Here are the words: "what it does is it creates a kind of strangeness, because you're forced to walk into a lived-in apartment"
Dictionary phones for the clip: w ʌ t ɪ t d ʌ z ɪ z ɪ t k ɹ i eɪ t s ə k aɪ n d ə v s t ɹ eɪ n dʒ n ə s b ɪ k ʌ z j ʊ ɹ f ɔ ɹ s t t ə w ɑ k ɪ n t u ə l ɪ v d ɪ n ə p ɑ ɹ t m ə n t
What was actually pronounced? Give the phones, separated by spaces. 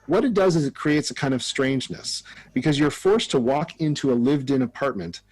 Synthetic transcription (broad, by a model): w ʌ t ɪ t d ʌ z ɪ z ɪ t k ɹ i eɪ t s ə k aɪ n d ə v s t ɹ eɪ n dʒ n ə s b ɪ k ʌ z j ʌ ɹ f ɔ ɹ s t t ə w ɑ k ɪ n t u ə l ɪ v d ɪ n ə p ɑ ɹ t m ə n t